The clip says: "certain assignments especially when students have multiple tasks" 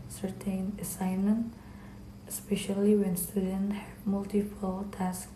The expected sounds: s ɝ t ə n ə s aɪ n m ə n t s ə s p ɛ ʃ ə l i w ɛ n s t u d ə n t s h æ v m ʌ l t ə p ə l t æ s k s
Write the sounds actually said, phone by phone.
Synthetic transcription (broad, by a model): s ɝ t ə n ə s aɪ n m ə n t ə s p ɛ ʃ ə l i w ɛ n s t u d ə n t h m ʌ l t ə f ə l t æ s k